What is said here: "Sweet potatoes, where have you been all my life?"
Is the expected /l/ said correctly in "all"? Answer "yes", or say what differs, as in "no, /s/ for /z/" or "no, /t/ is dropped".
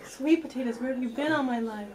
no, /n/ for /l/